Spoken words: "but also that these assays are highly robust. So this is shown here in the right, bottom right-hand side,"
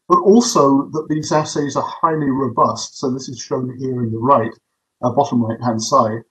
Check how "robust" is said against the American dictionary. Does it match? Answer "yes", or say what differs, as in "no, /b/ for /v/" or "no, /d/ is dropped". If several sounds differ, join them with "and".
yes